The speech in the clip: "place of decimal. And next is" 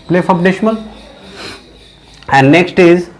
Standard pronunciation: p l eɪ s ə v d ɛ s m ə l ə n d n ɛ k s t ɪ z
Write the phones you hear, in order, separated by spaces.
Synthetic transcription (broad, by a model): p l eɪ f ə p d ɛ ʃ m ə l ə n d n ɛ k s t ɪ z